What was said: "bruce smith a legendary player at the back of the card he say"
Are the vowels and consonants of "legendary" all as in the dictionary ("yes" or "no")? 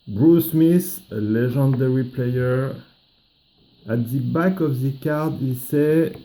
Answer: no